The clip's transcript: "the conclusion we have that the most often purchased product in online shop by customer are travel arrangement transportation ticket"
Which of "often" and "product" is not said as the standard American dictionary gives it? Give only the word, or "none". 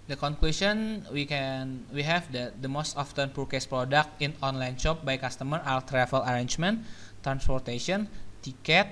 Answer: none